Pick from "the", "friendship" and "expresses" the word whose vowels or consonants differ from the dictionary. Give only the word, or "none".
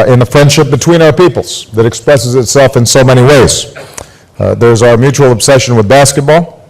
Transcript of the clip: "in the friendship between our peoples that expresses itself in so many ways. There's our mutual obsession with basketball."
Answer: none